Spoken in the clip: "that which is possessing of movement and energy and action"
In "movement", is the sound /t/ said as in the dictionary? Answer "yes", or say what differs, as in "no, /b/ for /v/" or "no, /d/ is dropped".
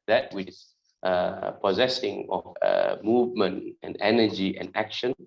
yes